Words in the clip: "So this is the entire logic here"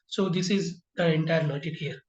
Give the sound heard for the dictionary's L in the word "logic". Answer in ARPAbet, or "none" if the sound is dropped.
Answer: N